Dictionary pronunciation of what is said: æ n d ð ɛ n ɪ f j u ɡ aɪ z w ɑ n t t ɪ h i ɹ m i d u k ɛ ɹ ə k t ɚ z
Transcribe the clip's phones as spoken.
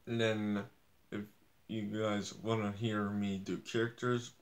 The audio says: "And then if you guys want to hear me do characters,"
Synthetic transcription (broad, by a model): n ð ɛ n ɪ f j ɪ ɡ aɪ z w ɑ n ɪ h i ɹ m i d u k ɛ ɹ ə k t ɚ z